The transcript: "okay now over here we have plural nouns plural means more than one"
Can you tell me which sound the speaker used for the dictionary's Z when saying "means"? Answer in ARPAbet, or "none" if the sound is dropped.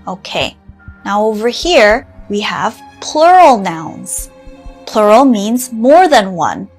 Z